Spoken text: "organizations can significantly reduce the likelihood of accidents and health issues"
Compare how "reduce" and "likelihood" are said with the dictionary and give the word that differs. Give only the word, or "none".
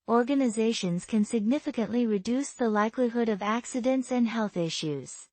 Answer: none